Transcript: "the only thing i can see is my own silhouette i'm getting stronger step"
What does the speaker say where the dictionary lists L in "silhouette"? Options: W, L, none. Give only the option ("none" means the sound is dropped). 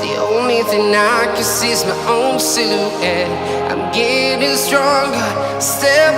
none